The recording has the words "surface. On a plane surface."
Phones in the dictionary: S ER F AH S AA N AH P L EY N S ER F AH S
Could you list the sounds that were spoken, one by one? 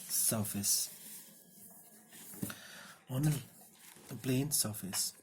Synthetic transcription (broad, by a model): S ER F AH S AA N AH B L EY N S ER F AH S